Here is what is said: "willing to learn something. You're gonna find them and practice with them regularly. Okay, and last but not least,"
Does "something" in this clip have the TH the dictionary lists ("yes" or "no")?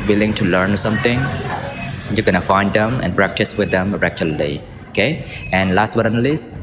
no